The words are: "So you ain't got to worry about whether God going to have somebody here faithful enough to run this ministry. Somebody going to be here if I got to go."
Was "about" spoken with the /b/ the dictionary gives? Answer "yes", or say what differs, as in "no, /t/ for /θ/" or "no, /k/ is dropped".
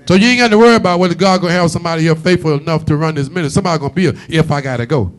yes